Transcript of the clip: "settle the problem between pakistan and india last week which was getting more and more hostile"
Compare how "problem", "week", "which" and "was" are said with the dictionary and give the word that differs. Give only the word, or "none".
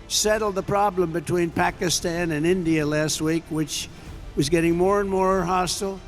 none